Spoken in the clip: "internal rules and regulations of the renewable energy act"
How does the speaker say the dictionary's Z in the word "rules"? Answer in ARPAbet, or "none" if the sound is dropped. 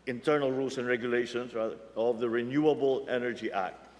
S